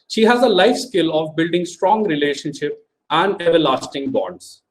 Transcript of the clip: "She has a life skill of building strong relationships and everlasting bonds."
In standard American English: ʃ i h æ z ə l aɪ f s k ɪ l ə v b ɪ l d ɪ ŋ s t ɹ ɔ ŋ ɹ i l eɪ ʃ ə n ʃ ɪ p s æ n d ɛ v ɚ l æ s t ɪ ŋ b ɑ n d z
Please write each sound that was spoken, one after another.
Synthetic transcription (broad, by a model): ʃ i h æ z ə l aɪ f s k ɪ l ə v b ɪ l d ɪ ŋ s t ɹ ɔ ŋ ɹ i l eɪ ʃ ə n ʃ ɪ p æ n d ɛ v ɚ l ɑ s t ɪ ŋ b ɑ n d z